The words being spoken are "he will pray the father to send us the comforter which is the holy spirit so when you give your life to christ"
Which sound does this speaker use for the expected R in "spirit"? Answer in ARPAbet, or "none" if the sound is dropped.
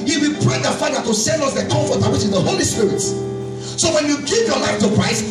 R